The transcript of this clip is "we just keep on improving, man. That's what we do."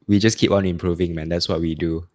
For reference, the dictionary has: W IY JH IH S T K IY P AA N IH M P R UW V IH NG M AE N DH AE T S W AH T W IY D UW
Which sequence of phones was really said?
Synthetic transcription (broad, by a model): W IY JH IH S K IY P AA N IH M P R UW V IH NG M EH N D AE T S W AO T W IY D UW